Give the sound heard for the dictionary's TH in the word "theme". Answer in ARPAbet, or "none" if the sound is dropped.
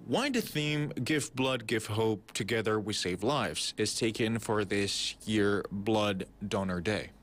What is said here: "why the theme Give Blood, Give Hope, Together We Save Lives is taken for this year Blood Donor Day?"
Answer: TH